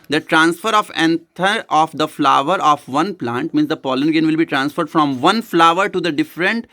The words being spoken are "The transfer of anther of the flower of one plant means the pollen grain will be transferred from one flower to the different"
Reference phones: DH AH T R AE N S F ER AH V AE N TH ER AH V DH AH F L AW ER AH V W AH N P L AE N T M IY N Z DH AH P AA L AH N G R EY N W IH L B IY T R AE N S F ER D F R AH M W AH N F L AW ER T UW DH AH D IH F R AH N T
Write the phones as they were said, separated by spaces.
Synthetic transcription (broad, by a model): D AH T R AE N S F ER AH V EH N T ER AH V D AH F L AW ER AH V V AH N P L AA N T M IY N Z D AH P AA L AH N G EY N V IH L B IY T R AE N S F ER D F R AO M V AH N F L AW ER T UW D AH D IH F R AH N T